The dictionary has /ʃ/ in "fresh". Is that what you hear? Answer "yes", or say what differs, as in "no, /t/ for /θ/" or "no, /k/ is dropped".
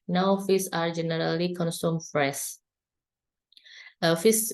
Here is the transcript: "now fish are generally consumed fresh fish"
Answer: no, /s/ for /ʃ/